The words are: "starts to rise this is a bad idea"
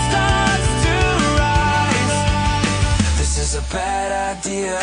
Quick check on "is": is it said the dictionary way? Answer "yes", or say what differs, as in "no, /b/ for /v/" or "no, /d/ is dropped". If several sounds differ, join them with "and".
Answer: yes